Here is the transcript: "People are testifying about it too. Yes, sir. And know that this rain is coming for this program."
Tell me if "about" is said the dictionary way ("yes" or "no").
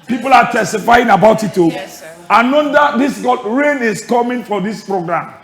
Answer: yes